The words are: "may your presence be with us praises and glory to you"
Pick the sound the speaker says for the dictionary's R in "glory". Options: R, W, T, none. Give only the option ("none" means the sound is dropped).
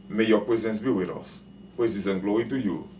none